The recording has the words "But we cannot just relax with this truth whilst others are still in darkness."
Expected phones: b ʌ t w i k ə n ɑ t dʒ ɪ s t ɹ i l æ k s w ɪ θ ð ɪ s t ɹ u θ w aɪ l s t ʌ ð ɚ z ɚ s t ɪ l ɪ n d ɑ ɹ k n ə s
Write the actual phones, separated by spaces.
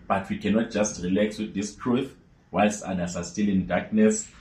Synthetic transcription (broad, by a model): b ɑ t w i k ə n ɑ t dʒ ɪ s t ɹ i l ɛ k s w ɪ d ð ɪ s t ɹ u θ w aɪ l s ɑ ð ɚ s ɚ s t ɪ l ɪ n d ɑ k n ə s